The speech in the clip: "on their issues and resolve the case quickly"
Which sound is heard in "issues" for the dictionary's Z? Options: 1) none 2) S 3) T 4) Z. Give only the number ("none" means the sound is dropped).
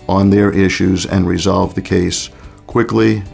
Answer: 4